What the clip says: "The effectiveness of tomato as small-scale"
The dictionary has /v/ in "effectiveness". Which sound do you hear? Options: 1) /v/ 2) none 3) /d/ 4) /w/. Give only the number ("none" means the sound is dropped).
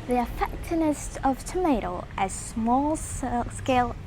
2